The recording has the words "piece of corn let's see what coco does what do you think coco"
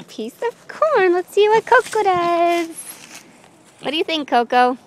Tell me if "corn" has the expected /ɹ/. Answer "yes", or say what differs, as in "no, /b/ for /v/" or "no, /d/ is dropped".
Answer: yes